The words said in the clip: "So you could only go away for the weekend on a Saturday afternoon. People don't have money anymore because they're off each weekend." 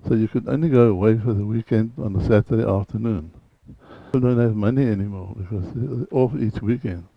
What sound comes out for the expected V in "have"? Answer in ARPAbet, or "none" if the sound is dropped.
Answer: V